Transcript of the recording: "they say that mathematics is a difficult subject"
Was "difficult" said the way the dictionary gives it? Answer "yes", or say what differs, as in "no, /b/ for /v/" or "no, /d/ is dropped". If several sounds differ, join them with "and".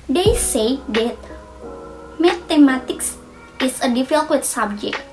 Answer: no, /l/ is dropped